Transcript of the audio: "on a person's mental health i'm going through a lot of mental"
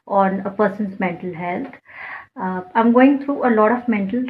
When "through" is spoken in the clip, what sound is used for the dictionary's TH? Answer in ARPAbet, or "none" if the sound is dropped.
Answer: T